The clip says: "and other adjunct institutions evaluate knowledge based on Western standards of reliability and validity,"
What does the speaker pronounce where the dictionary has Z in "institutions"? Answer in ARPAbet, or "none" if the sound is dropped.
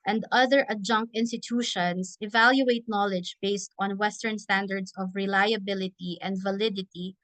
S